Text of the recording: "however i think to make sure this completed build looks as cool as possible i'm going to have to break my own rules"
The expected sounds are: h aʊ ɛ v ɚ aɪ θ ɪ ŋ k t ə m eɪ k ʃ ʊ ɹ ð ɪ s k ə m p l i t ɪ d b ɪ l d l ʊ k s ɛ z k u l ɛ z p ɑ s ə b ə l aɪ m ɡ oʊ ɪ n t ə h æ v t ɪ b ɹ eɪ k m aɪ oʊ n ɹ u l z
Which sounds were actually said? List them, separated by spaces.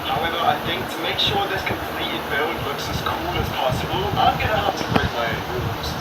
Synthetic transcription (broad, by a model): h aʊ ɛ v ɚ aɪ θ ɪ ŋ k t ə m eɪ k ʃ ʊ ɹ ð ɪ s k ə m p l i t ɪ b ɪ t l ʊ k s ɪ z k u l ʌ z p ɑ s ə b ə l aɪ m ɡ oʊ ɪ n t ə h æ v t ɪ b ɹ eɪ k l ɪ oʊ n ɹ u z